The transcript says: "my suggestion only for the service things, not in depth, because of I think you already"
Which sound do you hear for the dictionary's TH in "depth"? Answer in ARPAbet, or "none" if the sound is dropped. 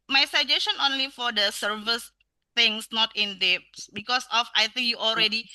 S